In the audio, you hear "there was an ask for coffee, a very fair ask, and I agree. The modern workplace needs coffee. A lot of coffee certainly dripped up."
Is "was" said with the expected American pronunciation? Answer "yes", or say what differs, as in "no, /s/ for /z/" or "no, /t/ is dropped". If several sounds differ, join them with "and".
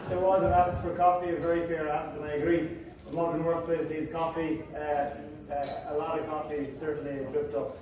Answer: yes